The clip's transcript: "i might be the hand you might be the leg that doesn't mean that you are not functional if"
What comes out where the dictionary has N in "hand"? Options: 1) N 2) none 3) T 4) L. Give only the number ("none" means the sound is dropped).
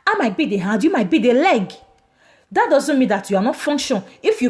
2